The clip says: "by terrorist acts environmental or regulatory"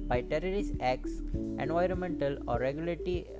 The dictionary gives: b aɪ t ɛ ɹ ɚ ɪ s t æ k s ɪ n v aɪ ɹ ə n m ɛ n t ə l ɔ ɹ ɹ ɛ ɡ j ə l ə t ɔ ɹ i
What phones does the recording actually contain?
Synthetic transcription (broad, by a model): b aɪ t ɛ ɹ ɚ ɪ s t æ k s ɪ n v aɪ ɹ ə n m ɛ n t ə l ɔ ɹ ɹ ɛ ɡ j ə l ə t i